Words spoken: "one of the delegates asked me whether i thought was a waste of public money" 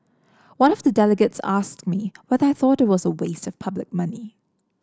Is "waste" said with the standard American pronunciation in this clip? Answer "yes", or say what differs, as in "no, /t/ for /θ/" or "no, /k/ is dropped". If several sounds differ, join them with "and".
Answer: yes